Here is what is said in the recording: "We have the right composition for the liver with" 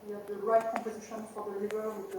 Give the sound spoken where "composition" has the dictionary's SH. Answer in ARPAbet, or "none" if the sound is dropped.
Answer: SH